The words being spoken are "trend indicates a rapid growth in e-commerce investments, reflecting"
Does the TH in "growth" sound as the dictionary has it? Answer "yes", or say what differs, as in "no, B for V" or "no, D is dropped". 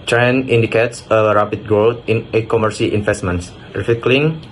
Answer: no, T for TH